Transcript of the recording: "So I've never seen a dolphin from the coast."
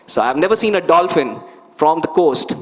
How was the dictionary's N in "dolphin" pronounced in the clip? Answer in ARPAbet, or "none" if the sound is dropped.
N